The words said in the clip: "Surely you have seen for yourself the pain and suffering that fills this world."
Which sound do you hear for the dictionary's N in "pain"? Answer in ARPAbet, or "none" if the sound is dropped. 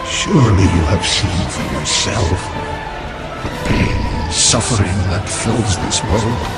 none